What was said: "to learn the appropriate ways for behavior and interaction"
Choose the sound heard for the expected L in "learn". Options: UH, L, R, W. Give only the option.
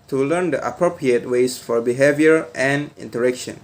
L